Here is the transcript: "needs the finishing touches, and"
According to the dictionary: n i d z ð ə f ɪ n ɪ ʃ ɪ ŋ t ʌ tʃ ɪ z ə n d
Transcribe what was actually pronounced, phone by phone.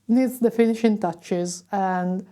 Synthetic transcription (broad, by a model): n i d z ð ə f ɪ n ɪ ʃ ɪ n t ʌ tʃ ɪ z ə n d